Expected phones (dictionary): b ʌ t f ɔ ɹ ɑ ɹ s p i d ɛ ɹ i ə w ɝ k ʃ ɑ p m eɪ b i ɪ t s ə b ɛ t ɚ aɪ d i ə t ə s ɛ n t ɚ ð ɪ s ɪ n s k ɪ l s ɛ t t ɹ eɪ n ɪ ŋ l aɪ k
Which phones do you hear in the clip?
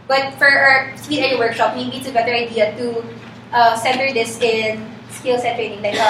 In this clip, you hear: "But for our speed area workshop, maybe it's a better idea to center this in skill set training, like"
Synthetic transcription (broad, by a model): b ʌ t f ɔ ɹ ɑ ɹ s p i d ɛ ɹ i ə w ɝ k ʃ ɑ p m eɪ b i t ə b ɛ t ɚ aɪ d i ə t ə s ɛ n t ɚ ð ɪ s ɪ n s k ɪ l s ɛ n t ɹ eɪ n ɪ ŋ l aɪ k